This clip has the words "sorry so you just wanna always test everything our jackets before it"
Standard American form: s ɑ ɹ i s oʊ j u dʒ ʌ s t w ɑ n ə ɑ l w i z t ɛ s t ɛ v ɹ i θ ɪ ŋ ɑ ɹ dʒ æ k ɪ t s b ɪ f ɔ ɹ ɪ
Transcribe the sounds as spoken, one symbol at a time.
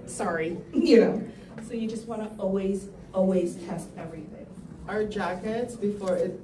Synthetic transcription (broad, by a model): s ɑ ɹ i s oʊ j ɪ dʒ ʌ s t w ɑ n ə ɑ l w i z t ɛ s t ɛ v ɹ i θ ɪ ŋ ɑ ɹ dʒ æ k ɪ t s b ɪ f ɔ ɹ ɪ